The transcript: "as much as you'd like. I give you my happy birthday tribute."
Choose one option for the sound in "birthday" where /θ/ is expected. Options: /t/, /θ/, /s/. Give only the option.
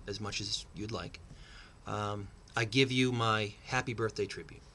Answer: /θ/